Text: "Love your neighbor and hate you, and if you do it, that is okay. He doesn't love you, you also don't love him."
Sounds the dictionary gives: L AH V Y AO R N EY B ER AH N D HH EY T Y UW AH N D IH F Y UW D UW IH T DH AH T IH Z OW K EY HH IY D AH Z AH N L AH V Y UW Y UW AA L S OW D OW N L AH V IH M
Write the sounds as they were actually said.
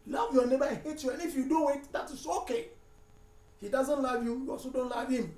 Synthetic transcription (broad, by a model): L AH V Y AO N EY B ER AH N HH EY T Y UW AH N IH F Y UW D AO IH T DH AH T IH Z OW K EY HH IY D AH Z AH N L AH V Y UW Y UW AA S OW D OW N L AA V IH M